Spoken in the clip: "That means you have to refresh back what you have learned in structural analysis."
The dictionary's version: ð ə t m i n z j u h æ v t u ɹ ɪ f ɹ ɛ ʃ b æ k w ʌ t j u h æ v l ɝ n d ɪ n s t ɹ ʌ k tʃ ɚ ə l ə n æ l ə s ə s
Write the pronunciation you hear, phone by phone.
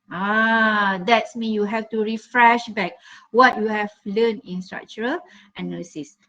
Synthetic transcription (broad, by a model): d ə t m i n j u h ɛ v t u ɹ ɪ f ɹ ɛ ʃ b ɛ k w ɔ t j u h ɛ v l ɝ n ɪ n s t ɹ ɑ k tʃ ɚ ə l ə n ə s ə s